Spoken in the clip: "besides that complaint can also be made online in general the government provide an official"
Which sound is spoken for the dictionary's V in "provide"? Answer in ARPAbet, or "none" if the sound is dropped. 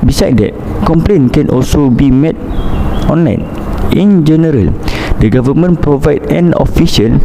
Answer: V